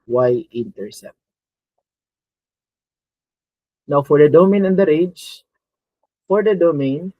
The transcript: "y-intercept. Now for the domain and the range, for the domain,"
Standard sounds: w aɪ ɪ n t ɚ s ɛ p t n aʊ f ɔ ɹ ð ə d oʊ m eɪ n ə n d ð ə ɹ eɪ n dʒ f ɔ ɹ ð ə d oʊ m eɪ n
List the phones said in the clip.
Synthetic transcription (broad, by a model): w aɪ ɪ n t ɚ s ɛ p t n aʊ f ɔ ɹ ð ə d oʊ m eɪ n ə n d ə ɹ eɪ dʒ f ɔ ɹ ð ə d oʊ m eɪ n